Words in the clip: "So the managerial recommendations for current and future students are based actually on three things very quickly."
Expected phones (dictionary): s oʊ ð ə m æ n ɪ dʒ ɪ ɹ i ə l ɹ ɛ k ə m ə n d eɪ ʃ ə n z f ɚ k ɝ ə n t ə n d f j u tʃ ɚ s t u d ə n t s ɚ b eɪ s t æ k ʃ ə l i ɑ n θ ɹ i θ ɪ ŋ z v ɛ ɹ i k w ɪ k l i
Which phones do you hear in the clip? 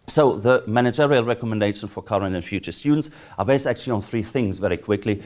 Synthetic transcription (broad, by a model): s oʊ ð ə m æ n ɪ dʒ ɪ ɹ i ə l ɹ ɛ k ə m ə n d eɪ ʃ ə n f ɚ k ɝ ə n t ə n f j u tʃ ɚ s t u d n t s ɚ b eɪ s t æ k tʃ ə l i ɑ n θ ɹ i θ ɪ ŋ z v ɛ ɹ i k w ɪ k l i